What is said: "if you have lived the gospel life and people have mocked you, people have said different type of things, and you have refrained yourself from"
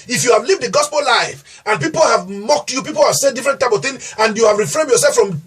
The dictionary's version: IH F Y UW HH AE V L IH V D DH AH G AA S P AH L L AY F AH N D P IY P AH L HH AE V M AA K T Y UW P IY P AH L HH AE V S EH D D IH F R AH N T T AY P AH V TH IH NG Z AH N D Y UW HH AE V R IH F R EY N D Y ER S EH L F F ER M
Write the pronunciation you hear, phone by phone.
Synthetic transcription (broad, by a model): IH F Y UW HH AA V L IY V D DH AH G AA S P AH L L AY F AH N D P IY P AH L HH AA V M AA K T Y UW P IY P AH L HH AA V S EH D D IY F R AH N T T AY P AH V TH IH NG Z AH N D Y UW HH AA V R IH F R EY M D Y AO S EH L F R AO M